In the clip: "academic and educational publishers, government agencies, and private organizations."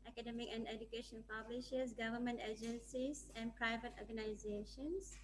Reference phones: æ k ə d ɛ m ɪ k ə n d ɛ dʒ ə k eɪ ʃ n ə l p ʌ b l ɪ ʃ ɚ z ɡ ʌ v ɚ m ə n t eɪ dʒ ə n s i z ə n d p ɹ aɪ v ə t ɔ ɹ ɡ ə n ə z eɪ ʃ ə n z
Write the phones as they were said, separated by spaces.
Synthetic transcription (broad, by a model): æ k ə d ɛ m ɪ k ə n d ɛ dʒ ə k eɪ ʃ ə n p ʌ b l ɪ ʃ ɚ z ɡ ʌ v ɚ m ə n t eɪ dʒ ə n s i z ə n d p ɹ aɪ v ə t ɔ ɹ ɡ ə n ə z eɪ ʃ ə n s